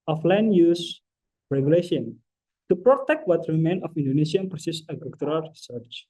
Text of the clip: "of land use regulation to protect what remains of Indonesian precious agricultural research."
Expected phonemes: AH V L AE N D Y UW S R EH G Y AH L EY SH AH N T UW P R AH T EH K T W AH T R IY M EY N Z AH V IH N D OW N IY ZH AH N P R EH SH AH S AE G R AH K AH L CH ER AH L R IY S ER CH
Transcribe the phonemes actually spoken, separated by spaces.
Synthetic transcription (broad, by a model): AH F L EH N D Y UW S R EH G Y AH L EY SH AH N T UW P R AH T EH K T W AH T R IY M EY N AH F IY N D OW N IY S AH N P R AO S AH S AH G AH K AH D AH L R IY S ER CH